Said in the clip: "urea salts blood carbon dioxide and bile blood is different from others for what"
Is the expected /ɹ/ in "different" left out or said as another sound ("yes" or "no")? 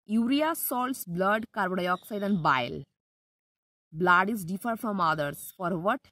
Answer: yes